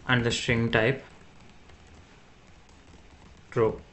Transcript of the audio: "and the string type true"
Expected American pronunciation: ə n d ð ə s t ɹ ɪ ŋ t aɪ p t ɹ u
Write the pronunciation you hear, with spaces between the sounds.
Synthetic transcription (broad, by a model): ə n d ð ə s t ɹ ɪ ŋ t aɪ p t ɹ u